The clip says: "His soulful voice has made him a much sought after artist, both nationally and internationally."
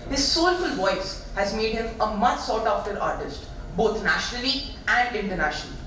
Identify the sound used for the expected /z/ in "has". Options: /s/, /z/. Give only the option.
/z/